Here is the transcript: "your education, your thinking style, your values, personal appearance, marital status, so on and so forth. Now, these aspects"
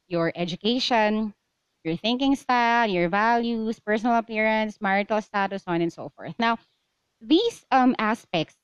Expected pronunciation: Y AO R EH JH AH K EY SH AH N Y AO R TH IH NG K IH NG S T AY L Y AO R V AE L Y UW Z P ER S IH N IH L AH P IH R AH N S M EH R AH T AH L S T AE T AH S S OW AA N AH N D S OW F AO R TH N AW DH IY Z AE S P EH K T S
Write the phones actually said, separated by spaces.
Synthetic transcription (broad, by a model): Y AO R EH JH AH K EY SH AH N Y AO R TH IH NG K IH NG S T AY L Y AO R V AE L Y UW S P ER S IH N IH L AH P IH R AH N S M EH R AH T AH L S T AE T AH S S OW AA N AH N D S OW F AO R TH N AW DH IY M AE S P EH K T S